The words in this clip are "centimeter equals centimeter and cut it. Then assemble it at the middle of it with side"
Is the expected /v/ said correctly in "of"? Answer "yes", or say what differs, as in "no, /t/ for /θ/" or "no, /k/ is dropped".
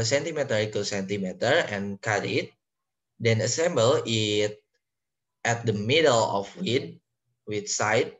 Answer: no, /w/ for /v/